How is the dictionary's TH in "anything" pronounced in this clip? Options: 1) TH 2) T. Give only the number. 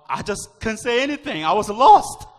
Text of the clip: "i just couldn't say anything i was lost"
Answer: 1